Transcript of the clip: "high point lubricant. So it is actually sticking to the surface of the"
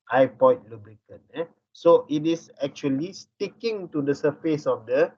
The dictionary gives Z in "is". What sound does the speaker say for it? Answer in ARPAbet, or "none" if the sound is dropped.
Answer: S